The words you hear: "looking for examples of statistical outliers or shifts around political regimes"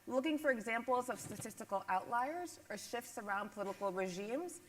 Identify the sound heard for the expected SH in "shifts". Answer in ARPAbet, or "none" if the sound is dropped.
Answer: SH